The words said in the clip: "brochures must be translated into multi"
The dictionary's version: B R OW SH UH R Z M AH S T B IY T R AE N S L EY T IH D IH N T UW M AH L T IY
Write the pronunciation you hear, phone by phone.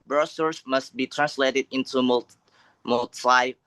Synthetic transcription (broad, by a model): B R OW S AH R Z M AH S T B IY T R AE N S L EY T IH D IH N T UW M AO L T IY